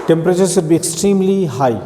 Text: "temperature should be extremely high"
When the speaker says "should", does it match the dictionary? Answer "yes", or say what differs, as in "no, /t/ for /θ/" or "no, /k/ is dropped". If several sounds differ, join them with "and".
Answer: no, /s/ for /ʃ/